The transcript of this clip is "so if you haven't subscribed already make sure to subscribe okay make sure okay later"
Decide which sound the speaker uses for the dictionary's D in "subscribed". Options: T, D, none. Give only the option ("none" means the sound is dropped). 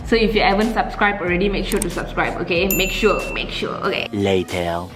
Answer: none